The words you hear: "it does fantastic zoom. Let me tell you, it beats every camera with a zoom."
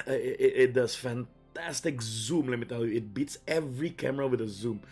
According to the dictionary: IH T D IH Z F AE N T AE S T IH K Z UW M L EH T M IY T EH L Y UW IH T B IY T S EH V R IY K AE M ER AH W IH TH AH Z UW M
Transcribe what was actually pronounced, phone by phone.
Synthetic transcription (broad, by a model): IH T D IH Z F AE N T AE S T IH K Z UW M L EH T M IY T EH L Y UW IH T B IY T S EH V R IY K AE M ER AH W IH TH AH Z UW M